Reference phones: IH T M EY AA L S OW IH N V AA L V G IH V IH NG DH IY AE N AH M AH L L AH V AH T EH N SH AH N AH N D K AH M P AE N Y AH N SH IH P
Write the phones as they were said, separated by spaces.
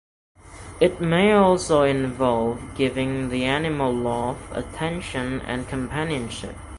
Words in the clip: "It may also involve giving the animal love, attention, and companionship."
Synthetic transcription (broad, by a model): IH T M EY AA L S OW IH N V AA L V G IH V IH NG DH IY AE N AH M AH L L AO F AH T EH N SH AH N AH N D K AH M P AE N Y AH N SH IH P